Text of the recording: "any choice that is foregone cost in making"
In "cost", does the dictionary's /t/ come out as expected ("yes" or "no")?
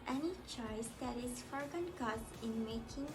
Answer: no